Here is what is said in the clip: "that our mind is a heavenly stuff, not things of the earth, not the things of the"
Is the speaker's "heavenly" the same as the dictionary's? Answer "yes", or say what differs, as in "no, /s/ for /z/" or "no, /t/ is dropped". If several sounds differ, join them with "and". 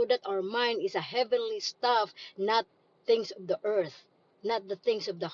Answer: yes